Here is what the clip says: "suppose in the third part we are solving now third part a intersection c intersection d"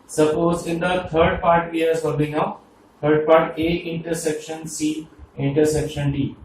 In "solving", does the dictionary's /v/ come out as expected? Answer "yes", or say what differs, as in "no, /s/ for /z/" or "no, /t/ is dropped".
no, /b/ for /v/